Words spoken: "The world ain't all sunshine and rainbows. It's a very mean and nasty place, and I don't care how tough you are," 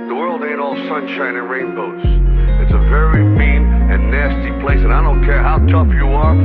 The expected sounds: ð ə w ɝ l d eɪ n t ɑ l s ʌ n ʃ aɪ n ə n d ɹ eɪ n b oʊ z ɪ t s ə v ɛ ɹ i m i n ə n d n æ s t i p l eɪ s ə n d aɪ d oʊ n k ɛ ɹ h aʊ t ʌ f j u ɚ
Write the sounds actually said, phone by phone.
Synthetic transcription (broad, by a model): ð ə w ɝ l d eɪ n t ɑ l s ʌ n ʃ aɪ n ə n ɹ eɪ n b oʊ s ɪ t s ə v ɛ ɹ i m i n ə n n æ s t i p l eɪ s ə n aɪ d oʊ n k ɛ ɹ h aʊ t ʌ f j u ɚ